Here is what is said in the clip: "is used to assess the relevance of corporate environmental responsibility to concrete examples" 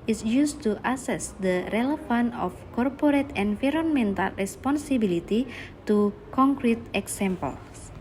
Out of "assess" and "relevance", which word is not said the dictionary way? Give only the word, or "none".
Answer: relevance